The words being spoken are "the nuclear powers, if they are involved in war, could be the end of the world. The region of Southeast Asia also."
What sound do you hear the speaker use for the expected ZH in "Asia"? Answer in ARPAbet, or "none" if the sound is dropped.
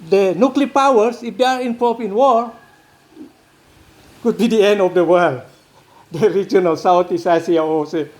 S